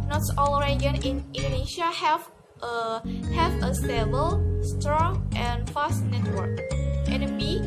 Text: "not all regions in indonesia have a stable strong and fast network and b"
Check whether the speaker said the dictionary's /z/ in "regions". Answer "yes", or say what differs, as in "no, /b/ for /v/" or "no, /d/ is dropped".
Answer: no, /z/ is dropped